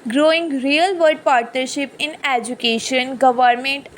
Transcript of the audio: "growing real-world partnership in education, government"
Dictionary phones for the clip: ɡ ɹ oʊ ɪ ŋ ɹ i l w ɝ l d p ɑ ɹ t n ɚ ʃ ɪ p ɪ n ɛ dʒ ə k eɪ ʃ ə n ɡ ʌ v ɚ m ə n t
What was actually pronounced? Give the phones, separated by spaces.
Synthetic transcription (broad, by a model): ɡ ɹ oʊ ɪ ŋ ɹ i l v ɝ d p ɑ ɹ t n ɚ ʃ ɪ p ɪ n ɛ dʒ ə k eɪ ʃ ə n ɡ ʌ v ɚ m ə n t